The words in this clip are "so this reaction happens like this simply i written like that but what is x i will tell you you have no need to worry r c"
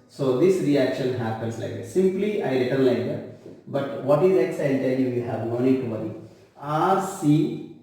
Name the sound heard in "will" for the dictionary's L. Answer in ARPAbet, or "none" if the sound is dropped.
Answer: N